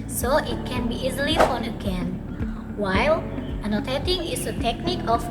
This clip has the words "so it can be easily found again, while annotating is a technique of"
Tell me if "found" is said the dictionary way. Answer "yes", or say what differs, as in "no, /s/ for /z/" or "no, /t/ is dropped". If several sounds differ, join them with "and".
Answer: no, /d/ is dropped